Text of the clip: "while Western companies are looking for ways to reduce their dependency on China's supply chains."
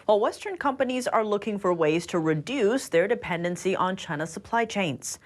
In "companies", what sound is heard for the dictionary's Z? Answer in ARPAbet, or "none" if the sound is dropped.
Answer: Z